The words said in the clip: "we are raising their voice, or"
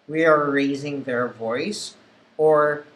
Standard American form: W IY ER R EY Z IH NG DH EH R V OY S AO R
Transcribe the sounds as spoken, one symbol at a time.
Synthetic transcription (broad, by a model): W IY ER R EY Z IH NG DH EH R V OY S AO R